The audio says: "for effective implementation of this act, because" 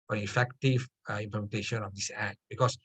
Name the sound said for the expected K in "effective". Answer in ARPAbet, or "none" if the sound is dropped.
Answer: K